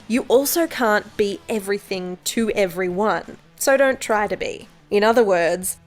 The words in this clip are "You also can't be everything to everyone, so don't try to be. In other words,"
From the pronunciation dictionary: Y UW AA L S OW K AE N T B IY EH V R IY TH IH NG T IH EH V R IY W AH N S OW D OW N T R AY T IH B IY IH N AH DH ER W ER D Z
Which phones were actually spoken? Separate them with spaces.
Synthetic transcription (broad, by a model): Y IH AA L S OW K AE N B IY EH V R IY TH IH NG T IH EH V R IY W AH N S OW D OW N T R AY T IH B IY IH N AH DH ER W ER D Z